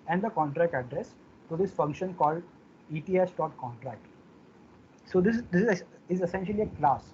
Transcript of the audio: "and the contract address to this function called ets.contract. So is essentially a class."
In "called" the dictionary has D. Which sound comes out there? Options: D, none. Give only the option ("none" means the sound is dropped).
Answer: D